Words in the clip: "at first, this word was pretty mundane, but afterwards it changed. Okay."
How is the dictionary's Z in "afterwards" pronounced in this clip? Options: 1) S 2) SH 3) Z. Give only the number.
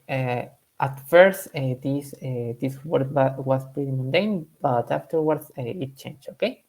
1